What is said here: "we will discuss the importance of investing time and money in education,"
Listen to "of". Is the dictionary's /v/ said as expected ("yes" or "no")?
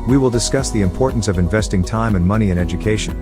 yes